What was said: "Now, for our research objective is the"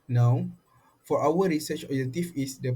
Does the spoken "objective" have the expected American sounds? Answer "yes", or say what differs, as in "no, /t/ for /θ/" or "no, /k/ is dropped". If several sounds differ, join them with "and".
no, /f/ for /v/